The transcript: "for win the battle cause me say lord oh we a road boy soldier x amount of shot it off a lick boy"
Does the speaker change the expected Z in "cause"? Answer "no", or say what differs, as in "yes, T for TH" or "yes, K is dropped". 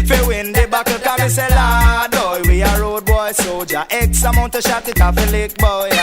yes, Z is dropped